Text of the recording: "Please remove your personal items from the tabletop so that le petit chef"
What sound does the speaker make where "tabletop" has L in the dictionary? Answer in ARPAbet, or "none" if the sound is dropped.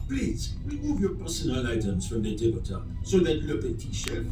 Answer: none